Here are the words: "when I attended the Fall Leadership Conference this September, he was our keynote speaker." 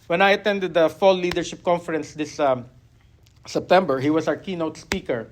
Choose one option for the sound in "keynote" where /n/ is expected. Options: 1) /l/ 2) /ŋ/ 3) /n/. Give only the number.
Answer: 3